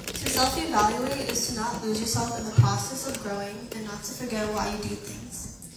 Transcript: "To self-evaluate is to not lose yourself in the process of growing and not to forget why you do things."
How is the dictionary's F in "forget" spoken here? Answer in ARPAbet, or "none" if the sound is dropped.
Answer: F